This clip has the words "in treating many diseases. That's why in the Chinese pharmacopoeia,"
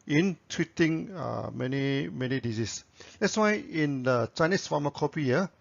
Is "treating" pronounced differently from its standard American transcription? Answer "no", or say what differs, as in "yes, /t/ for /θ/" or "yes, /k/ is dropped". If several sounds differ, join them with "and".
yes, /w/ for /ɹ/